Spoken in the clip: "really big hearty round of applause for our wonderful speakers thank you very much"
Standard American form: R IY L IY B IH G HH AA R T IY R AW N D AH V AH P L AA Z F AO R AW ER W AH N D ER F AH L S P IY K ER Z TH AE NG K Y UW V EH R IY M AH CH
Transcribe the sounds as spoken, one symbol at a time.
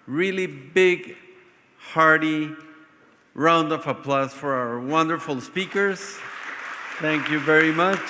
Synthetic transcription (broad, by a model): R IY L IY B IH G HH AA R T IY R AW N D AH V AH P L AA S F AO R AW ER W AH N D ER F AH L S P IY K ER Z TH AE NG K Y UW V EH R IY M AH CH